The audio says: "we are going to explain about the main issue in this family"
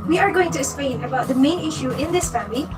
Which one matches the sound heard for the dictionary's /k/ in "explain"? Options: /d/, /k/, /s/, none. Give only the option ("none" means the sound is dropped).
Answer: none